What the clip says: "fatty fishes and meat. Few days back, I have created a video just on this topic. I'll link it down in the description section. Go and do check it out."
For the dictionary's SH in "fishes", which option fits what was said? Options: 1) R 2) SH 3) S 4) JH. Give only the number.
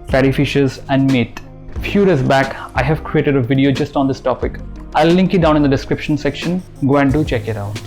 2